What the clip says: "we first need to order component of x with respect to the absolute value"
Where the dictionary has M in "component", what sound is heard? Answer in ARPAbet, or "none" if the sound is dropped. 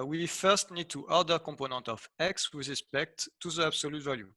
none